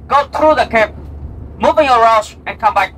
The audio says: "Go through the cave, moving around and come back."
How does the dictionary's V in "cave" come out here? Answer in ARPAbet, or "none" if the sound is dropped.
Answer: P